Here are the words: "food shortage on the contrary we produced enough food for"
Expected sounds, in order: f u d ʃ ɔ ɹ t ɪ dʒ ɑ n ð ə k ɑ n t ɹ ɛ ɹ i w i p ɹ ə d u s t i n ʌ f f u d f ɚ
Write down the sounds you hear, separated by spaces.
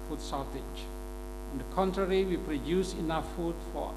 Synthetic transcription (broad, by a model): f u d s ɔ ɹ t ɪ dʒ ɑ n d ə k ɑ n t ɹ ɛ ɹ i w i p ɹ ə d u s i n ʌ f f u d f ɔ